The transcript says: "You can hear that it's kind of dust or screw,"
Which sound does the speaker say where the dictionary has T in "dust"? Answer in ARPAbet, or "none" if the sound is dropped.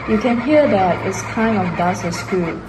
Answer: none